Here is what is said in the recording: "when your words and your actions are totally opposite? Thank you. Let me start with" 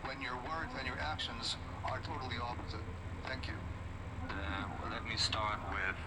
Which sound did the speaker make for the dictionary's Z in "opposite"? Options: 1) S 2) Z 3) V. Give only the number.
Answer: 2